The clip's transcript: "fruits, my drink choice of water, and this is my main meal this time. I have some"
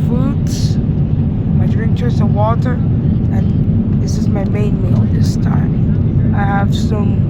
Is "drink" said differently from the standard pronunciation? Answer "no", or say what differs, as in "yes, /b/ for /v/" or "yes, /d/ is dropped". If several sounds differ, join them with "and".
yes, /ŋ/ is dropped